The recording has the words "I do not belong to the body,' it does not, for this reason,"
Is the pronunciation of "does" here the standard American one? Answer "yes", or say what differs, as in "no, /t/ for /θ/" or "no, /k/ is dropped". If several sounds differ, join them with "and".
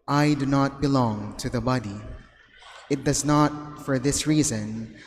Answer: yes